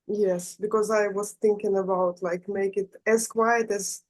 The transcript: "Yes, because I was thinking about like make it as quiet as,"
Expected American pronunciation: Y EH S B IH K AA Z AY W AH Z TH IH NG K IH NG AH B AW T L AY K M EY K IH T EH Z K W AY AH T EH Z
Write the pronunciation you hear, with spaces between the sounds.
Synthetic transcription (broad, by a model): Y EH S B IH K AA Z AY W AH Z TH IH NG K IH NG AH B AW T L AY K M EY K IH T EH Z K W AY AH T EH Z